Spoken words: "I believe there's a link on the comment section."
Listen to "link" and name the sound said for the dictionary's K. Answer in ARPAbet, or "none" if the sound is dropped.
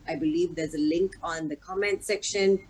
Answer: K